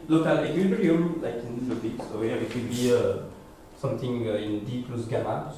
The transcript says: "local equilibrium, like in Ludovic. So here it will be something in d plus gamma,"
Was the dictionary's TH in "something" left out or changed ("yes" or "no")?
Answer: yes